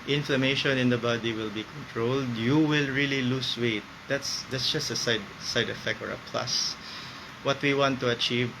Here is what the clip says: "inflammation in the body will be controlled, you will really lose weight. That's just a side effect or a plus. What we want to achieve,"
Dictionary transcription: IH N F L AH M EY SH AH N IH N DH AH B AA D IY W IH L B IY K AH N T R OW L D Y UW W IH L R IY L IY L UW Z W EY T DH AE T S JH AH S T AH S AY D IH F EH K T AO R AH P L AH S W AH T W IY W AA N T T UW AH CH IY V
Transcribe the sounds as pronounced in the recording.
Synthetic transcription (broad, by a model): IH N F L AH M EY SH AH N IH N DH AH B AA D IY W IH L B IY K AH N T R OW L D Y UW W IH L R IY L IY L UW S W EY T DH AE T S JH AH S T AH S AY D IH F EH K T AO R AH P L AH S W AH T W IY W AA N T T UW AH CH IY V